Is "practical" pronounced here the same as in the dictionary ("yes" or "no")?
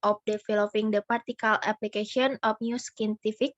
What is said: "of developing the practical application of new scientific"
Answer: no